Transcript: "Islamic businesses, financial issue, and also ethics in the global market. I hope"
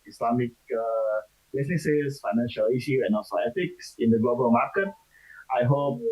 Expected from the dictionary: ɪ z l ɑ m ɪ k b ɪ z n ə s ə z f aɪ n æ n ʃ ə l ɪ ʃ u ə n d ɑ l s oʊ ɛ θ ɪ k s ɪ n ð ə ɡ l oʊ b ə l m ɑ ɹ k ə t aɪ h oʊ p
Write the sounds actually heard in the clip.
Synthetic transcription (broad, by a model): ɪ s l ɑ m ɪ k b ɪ s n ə s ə s f aɪ n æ n ʃ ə l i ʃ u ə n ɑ s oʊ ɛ t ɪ k s ɪ n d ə ɡ l oʊ b ə l m ɑ k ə t aɪ h oʊ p